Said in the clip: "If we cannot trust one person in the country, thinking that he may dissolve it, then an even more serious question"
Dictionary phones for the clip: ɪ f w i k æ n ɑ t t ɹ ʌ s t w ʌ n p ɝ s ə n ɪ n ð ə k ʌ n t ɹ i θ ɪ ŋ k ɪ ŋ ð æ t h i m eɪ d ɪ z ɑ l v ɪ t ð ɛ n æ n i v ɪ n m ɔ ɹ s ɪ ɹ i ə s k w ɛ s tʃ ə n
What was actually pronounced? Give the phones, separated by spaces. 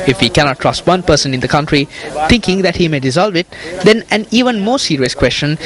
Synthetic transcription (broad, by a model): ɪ f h i k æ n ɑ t t ɹ ʌ s t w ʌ n p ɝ s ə n ɪ n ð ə k ʌ n t ɹ i t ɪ ŋ k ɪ ŋ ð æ t h i m eɪ d ɪ z ɑ l v ɪ t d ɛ n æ n i v ɪ n m ɔ s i ɹ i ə s k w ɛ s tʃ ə n